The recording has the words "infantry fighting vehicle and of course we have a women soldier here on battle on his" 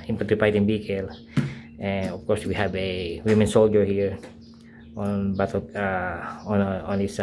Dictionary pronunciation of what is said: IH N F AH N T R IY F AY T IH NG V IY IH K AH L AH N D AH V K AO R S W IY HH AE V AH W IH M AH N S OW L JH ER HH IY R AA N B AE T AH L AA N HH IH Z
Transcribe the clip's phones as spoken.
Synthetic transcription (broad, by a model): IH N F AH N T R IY P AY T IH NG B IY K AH L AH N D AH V K AO R S W IY HH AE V AH W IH M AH N S OW L JH ER HH IY R AA N B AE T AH N AA N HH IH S